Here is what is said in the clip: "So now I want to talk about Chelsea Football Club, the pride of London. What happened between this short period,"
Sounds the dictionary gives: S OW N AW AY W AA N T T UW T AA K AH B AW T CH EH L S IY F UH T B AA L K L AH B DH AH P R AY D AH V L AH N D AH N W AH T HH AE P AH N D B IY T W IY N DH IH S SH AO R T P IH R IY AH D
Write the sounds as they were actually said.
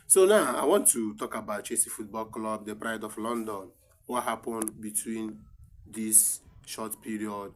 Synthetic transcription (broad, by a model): S OW N AW AY W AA N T T UW T AA K AH B AW T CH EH S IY F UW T B AA L K L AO B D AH P R AY D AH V L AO N D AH N W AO T HH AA P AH N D B IY T W IY N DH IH S SH AO T P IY R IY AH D